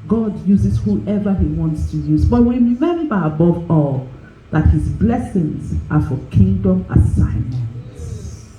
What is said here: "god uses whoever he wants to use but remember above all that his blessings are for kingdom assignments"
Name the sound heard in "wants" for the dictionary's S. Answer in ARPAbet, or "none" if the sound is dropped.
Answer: S